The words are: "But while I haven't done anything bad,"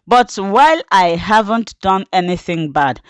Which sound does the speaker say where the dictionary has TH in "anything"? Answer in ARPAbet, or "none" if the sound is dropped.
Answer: TH